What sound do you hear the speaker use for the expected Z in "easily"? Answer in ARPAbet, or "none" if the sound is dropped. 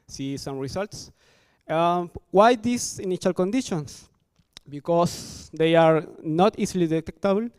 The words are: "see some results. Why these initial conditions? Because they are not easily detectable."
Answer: S